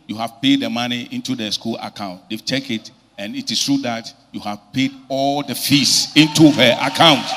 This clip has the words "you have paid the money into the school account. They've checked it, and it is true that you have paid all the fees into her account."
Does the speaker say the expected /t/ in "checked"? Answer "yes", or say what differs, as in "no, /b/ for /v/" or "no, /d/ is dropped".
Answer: no, /t/ is dropped